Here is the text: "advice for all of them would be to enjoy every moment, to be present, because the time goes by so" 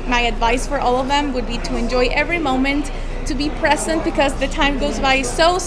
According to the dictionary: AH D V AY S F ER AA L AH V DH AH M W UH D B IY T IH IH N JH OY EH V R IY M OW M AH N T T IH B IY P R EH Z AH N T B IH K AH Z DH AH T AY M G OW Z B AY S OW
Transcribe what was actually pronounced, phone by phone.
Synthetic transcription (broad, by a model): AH D V AY S F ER AA L AH V DH AH M W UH D B IY T IH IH N JH OY EH V R IY M OW M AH N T T IH B IY P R EH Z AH N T B IH K AH Z DH AH T AY M G OW Z B AY S OW